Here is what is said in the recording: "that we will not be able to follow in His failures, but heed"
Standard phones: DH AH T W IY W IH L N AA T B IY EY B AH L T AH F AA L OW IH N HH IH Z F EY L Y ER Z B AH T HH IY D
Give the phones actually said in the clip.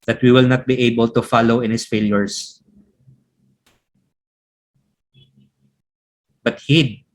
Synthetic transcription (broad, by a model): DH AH T W IY W IH L N AA T B IY EY B AH L T AH F AA L OW IH N HH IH S F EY L Y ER S B AH T HH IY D